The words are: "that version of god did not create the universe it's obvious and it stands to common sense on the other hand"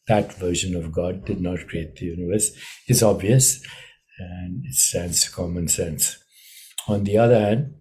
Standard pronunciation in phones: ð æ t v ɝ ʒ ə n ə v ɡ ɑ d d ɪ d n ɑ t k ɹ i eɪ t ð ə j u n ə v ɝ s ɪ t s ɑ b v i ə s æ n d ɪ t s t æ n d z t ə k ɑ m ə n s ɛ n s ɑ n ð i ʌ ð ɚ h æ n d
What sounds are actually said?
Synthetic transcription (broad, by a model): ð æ t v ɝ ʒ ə n ə v ɡ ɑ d d ɪ d n ɑ t k ɹ i eɪ t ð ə j u n ə v ɝ s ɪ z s ɑ b v i ə s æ n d ɪ t s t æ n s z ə k ɑ m ə n s ɛ n s ɑ n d i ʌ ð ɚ h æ n d